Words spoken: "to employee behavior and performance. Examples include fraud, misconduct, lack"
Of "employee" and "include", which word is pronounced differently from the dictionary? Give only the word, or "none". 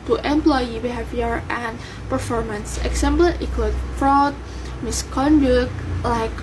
include